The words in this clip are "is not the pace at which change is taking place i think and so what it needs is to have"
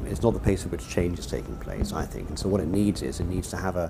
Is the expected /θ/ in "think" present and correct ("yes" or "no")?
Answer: yes